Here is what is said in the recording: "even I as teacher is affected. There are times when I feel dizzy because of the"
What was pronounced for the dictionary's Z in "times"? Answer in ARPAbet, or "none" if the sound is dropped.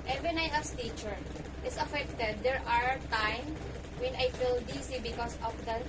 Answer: none